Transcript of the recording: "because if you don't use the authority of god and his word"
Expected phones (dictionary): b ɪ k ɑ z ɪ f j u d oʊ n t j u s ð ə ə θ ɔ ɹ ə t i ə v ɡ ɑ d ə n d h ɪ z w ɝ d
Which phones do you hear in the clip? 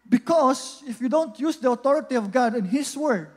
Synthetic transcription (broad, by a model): b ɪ k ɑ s ɪ f j u d oʊ n t j u s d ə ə t ɔ ɹ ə t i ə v ɡ ɑ d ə n h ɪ s w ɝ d